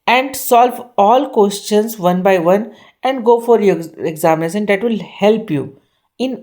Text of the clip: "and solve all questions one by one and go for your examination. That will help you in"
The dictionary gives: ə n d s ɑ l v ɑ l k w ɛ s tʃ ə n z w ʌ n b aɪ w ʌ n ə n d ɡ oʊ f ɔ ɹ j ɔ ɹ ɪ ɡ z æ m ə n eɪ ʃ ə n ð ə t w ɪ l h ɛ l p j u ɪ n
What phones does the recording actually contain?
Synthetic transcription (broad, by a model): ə n d s ɑ l v ɑ l k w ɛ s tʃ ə n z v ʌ n b aɪ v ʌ n ə n d ɡ oʊ f ɔ ɹ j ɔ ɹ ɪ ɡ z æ m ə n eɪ s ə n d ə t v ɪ l h ɛ l p j u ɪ n